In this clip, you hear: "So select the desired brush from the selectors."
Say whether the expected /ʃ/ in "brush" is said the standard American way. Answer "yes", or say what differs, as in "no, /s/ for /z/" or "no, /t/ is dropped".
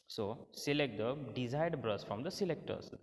no, /s/ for /ʃ/